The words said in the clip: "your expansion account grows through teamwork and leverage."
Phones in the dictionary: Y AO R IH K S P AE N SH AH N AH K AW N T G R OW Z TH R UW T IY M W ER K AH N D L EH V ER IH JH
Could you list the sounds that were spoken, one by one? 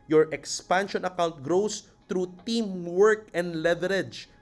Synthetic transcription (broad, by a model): Y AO R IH K S P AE N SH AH N AH K AW N T G R OW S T R UW T IY M W ER K AH N D L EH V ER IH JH